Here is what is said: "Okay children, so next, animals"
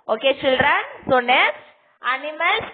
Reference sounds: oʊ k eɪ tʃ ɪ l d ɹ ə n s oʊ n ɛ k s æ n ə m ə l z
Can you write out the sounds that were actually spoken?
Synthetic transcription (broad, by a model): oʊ k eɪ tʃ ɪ l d ɹ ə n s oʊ n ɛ s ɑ n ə m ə l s